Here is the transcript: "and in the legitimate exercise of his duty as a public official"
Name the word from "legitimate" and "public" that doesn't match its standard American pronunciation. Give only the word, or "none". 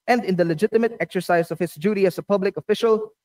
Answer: none